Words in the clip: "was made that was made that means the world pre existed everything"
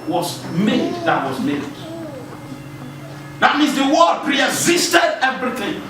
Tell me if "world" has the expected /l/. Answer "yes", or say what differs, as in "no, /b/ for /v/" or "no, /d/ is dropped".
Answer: no, /l/ is dropped